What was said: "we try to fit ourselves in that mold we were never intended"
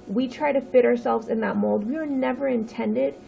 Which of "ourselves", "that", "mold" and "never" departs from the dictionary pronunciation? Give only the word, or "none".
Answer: none